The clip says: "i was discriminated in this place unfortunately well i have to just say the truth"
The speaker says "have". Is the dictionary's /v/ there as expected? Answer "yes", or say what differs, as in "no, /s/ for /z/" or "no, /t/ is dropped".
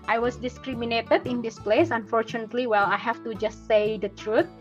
no, /f/ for /v/